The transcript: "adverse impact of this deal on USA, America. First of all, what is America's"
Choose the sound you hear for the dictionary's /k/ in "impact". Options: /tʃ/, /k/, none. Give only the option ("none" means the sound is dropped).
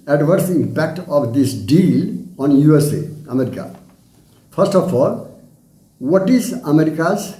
/k/